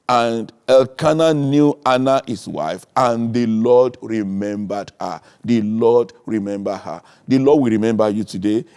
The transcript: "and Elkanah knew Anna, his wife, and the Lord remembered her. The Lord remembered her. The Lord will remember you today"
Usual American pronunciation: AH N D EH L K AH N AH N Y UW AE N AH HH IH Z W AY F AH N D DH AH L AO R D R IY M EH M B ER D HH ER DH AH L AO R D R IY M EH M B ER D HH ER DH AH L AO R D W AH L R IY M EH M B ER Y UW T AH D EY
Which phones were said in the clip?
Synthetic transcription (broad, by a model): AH N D EH L K AH N AH N Y UW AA N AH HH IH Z W AY F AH N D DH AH L AO D R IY M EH M B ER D HH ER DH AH L AO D R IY M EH M B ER HH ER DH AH L AO D W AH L R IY M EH M B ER Y UW T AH D EY